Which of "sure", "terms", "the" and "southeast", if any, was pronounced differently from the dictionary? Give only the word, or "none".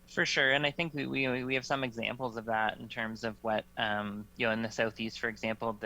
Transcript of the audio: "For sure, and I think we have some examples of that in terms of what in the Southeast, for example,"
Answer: none